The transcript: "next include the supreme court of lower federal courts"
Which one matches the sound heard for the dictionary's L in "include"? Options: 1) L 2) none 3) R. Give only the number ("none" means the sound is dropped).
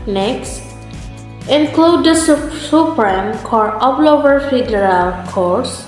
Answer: 1